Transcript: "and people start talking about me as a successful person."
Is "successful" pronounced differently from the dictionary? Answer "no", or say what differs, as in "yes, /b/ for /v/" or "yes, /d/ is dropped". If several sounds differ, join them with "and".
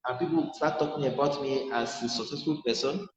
no